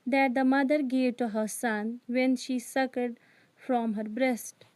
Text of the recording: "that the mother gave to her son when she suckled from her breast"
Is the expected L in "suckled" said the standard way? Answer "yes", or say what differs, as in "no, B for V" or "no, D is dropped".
no, L is dropped